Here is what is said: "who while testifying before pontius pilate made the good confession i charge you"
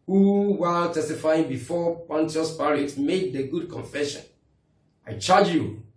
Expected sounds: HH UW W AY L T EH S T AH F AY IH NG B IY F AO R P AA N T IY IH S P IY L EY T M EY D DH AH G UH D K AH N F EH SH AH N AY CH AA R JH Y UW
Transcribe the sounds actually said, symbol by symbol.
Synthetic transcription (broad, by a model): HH UW W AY T EH S T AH F AY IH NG B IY F AO P AA N T IY IH S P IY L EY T M EY D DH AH G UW D K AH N F EH SH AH N AY CH AA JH Y UW